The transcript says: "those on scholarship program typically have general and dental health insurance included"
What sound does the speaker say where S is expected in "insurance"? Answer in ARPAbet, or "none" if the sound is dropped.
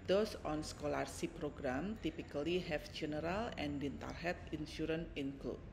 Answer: none